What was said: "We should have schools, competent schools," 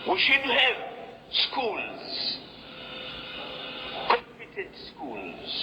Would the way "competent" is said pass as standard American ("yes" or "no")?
yes